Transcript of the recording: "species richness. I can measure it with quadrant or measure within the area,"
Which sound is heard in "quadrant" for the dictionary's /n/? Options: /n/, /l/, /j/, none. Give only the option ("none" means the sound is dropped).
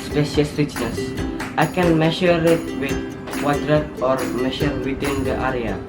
none